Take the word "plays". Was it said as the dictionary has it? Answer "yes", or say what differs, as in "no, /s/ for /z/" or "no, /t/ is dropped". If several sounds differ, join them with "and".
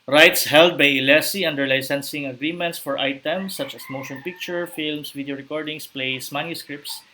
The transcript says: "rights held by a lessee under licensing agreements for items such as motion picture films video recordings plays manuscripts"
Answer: no, /s/ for /z/